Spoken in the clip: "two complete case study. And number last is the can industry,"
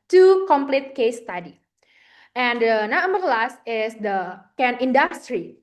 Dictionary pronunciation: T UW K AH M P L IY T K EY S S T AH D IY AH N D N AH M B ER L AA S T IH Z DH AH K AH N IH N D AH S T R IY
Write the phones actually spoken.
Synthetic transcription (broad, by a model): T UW K AH M P L IY T K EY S S T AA D IY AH N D N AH M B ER L AA S T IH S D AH K AH N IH N D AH S T R IY